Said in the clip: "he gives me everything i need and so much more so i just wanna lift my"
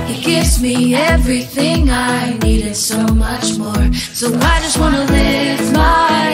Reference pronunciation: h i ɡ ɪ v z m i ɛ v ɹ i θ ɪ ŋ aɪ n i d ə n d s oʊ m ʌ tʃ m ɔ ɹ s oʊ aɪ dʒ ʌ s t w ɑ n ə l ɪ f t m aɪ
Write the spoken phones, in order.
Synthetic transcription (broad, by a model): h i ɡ ɪ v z m i ɛ v ɹ i θ ɪ ŋ aɪ n i d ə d s oʊ m ʌ tʃ m ɔ ɹ s oʊ aɪ dʒ ʌ s t w ɑ n ə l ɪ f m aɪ